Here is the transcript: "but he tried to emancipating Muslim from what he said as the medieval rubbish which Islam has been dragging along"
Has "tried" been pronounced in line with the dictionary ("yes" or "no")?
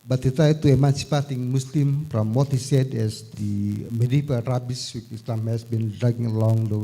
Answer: no